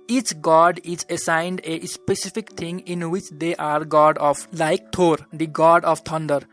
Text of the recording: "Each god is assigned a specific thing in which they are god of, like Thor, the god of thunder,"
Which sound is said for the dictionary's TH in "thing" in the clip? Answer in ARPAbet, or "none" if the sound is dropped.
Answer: T